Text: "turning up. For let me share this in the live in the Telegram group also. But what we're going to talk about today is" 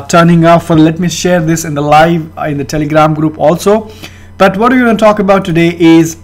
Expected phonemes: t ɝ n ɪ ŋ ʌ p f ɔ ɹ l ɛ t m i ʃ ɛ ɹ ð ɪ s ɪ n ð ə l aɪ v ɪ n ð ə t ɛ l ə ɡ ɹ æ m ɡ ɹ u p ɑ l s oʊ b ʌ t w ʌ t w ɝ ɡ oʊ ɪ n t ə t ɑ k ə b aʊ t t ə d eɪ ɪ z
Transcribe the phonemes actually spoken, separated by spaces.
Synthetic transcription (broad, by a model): t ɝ n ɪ ŋ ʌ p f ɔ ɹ l ɛ t m i ʃ ɛ ɹ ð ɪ s ɪ n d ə l aɪ v ɪ n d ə t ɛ l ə ɡ ɹ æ m ɡ ɹ u p ɑ l s oʊ b ʌ t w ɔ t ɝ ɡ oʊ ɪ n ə t ɑ k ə b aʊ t t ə d eɪ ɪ z